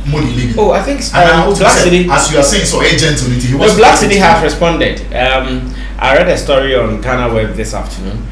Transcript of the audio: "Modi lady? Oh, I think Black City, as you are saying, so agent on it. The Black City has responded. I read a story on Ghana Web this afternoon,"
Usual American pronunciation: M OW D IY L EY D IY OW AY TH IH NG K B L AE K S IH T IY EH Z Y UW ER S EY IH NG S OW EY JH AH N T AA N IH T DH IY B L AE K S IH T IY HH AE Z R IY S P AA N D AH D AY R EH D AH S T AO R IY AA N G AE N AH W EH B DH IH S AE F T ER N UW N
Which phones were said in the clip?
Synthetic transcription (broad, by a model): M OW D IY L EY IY OW AY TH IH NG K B L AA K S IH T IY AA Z Y UW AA S EY IH NG S OW EY JH AH N T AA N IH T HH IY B L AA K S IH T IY HH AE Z R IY S P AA N D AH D AY R EH D AH S T AO R IY AA N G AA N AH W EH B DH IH S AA F T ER N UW N